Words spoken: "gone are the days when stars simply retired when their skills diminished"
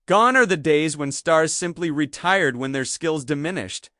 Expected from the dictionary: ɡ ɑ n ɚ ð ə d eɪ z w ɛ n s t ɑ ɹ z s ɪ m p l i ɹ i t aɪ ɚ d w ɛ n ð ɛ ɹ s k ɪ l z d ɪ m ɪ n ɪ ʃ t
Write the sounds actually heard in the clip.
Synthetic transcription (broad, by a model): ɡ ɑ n ɚ ð ə d eɪ z w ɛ n s t ɑ ɹ z s ɪ m p l i ɹ i t aɪ ɚ d w ɛ n ð ɛ ɹ s k ɪ l z d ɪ m ɪ n ɪ ʃ t